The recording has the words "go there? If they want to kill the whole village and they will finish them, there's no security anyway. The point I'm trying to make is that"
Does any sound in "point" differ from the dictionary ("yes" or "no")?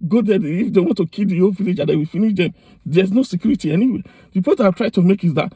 yes